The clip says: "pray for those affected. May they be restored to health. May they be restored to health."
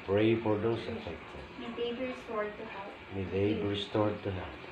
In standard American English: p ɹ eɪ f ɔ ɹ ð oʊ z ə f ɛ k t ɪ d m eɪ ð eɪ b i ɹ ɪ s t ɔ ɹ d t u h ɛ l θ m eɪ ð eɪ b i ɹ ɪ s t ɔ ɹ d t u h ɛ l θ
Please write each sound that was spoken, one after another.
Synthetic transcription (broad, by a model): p ɹ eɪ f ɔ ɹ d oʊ s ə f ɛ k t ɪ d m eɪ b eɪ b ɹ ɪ s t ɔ ɹ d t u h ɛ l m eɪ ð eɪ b ɹ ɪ s t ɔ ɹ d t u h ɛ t